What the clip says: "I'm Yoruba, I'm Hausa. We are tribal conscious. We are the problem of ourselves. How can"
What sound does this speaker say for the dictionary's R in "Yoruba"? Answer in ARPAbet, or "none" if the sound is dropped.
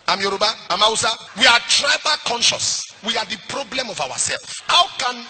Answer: R